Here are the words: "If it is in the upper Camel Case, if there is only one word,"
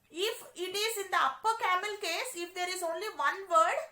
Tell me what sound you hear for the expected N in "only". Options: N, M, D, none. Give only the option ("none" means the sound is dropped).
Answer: N